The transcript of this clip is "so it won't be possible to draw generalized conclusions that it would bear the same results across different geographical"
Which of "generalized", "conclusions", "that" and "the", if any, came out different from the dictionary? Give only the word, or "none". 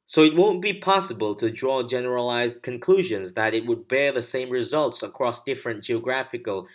none